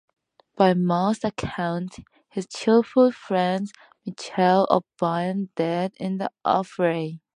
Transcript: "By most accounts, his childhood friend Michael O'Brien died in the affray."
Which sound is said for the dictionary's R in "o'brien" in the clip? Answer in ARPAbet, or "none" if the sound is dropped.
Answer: none